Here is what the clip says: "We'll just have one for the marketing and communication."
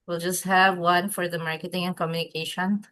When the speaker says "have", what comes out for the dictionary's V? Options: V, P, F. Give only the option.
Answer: V